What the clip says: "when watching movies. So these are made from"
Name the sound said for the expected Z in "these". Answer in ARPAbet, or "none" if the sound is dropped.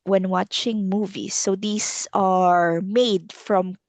S